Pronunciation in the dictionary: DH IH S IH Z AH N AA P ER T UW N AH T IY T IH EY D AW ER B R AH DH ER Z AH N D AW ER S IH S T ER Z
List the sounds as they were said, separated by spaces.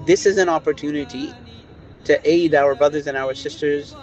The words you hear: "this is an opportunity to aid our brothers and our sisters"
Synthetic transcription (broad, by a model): DH IH S IH Z AH N AA P ER T UW N AH T IY T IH EY D AW ER B R AH DH ER Z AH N AW ER S IH S T ER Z